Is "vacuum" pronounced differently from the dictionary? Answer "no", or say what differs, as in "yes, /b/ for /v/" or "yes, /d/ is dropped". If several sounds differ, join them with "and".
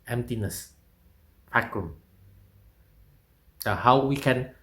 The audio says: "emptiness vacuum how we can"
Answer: yes, /f/ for /v/